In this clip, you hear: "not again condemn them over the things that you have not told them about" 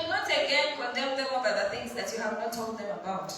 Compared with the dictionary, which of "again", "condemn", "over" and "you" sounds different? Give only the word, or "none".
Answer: over